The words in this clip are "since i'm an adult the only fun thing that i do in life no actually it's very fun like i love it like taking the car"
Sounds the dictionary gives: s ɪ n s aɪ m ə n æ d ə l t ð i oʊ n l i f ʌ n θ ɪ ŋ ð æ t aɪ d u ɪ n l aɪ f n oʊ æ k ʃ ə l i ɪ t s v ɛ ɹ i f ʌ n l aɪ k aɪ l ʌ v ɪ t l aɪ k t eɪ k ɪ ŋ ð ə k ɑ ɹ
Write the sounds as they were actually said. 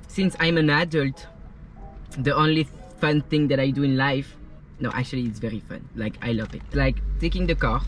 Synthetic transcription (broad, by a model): s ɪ n s aɪ m ə n æ d ə l t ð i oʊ n l i f ʌ n θ ɪ ŋ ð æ t aɪ d u ɪ n l aɪ f n oʊ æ k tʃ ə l i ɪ t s v ɛ ɹ i f ʌ n l aɪ k aɪ l ʌ v ɪ t l aɪ k t eɪ k ɪ ŋ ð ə k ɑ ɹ